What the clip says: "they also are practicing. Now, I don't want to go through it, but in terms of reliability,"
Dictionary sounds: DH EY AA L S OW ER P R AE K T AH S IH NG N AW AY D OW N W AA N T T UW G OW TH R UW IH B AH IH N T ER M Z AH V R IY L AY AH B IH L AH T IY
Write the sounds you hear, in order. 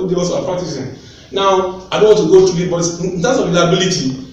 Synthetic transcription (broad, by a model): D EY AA S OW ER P R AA K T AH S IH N N AW AY D OW N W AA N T T UW G OW T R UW IH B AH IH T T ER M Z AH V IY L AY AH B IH L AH T IY